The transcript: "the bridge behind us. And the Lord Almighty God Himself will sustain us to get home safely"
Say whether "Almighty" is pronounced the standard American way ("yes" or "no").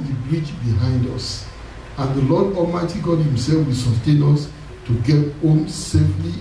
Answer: no